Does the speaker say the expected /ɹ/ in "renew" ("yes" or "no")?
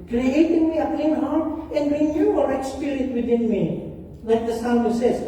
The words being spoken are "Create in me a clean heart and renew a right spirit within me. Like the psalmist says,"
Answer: no